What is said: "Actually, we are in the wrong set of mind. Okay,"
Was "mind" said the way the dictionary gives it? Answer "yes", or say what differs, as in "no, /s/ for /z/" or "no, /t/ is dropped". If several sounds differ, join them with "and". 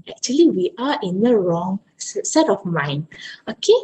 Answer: no, /d/ is dropped